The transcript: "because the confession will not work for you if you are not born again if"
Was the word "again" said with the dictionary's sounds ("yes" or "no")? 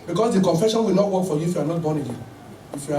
no